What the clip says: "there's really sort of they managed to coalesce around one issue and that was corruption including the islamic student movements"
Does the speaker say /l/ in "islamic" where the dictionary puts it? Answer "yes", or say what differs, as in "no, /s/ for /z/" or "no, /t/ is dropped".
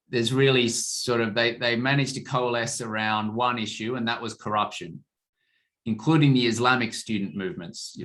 yes